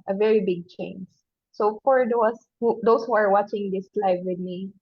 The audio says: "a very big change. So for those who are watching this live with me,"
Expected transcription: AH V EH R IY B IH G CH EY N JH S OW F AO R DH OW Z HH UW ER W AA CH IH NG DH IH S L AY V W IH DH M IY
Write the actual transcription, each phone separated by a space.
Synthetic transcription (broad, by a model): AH V EH R IY B IH G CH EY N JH S OW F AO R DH OW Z HH UW ER W AA CH IH NG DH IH S L AY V W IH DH M IY